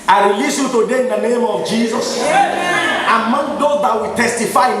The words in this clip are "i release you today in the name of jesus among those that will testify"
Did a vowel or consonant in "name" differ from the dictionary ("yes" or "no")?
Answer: no